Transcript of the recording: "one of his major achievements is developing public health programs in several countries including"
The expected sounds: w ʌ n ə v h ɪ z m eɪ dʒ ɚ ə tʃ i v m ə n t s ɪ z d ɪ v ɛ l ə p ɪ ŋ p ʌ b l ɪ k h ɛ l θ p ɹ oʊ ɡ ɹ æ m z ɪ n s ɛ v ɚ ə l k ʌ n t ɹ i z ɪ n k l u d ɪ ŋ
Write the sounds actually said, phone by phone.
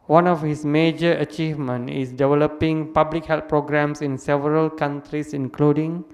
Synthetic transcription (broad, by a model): w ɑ n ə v h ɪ s m eɪ dʒ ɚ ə tʃ i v m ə n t ɪ s d ɪ v ɛ l ə p ɪ ŋ p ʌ b l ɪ k h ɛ l t p ɹ oʊ ɡ ɹ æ m s ɪ n s ɛ v ɚ ə l k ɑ n t ɹ i s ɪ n k l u d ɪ ŋ